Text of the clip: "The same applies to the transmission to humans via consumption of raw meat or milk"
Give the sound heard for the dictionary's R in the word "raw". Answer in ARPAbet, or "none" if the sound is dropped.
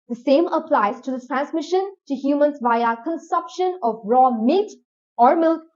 R